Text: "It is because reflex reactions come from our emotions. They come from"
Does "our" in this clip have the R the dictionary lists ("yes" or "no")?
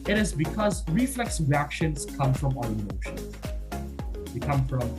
no